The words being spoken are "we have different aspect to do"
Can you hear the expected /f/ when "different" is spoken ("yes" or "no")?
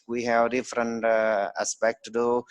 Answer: yes